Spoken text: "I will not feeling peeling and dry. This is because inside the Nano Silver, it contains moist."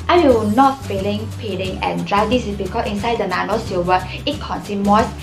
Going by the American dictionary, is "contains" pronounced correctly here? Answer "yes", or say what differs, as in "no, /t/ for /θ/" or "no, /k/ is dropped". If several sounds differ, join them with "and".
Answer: no, /s/ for /t/